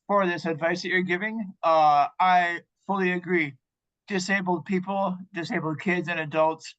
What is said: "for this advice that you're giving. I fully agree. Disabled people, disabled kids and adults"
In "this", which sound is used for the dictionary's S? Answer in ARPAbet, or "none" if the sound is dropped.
S